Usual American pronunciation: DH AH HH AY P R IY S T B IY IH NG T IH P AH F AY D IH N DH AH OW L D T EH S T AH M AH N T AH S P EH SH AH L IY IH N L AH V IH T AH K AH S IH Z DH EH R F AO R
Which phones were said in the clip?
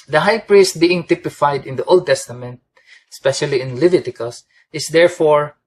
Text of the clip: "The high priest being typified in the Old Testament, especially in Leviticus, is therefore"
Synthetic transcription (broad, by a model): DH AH HH AY P R IY S T B IY IH NG T IH P AH F AY D IH N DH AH OW L D T EH S T AH M AH N T AH S P EH SH AH L IY IH N L AH V IH T AH K AH S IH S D EH R F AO R